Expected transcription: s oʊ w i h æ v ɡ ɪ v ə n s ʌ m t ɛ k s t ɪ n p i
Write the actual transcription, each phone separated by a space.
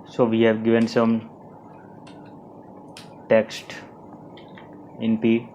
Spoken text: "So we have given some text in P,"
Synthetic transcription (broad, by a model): s oʊ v i h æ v ɡ ɪ v ə n s ʌ m t ɛ k s t ɪ n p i